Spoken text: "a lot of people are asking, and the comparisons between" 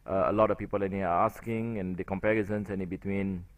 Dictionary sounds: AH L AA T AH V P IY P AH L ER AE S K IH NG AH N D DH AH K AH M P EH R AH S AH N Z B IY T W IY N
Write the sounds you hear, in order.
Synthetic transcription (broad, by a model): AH L AA T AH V P IY P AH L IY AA S K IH NG AH N D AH K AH M P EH R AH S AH N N B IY T W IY N